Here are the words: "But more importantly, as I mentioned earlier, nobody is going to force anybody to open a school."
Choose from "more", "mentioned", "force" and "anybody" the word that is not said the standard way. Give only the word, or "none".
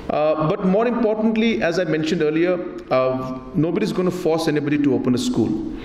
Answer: none